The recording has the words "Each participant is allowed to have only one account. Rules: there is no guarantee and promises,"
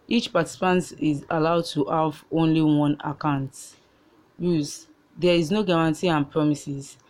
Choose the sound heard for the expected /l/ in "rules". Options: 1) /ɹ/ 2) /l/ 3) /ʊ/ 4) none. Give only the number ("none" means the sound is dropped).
4